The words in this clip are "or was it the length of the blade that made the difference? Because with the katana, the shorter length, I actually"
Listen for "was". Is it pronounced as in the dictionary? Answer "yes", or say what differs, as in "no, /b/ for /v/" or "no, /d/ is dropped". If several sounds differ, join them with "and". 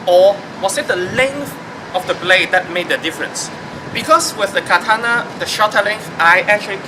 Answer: no, /s/ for /z/